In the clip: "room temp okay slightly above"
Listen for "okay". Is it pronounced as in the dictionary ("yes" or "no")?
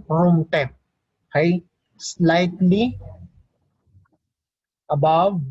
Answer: no